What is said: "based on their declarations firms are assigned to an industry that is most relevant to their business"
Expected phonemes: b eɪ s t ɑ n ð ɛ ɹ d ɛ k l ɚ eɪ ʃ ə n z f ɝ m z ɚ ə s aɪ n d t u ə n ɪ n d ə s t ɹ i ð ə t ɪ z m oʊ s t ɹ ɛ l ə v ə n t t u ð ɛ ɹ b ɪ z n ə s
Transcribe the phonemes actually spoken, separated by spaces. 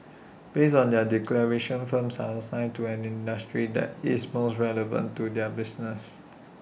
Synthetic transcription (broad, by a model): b eɪ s ɑ n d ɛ d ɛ k l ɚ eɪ ʃ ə n f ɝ m s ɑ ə s aɪ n t u ə n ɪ n d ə s t ɹ i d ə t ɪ s m oʊ s t ɹ ɛ l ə v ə n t t u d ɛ b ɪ s n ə s